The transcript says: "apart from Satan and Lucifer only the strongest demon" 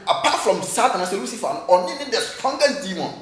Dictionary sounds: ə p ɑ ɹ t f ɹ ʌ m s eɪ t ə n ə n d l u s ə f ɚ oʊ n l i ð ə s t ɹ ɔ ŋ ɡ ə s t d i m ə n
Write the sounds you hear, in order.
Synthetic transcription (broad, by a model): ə p ɑ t f ɹ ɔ m s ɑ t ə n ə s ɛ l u s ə f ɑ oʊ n n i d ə s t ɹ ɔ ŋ ɡ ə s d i m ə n